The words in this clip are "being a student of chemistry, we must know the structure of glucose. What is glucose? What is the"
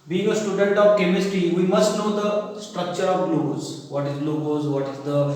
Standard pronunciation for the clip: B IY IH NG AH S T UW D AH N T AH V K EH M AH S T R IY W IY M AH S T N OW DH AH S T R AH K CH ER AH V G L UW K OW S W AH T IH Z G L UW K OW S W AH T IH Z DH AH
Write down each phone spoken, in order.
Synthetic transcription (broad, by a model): B IY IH NG AH S T UW D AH N T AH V K EH M AH S T R IY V IY M AH S T N OW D AH S T R AH K CH ER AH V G L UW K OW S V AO T IH Z L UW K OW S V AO T IH Z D AH